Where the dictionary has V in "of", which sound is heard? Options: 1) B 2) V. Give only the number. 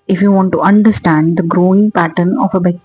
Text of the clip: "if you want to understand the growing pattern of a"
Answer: 1